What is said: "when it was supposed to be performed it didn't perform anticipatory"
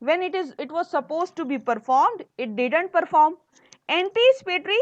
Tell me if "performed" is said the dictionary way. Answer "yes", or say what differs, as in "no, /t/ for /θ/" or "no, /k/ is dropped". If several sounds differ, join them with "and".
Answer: yes